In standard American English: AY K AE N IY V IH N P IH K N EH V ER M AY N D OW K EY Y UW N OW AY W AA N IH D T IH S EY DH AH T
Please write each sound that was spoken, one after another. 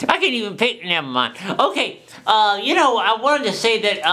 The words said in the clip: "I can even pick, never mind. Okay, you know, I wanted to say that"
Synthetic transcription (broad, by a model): AY K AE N IY V IH N P IH K N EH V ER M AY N OW K EY Y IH N OW AY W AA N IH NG T IH S EY DH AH T